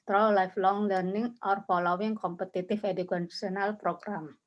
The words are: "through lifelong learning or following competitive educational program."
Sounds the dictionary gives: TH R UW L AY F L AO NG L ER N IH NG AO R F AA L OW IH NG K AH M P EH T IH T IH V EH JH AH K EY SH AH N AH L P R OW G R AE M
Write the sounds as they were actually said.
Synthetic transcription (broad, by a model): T R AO L AY F L AO NG L ER N IH NG AO R F AA L OW IH NG K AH M P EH T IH T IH F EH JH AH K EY S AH N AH L P R OW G R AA M